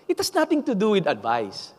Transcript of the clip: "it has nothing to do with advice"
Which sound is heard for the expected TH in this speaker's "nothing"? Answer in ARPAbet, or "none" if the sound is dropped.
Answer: T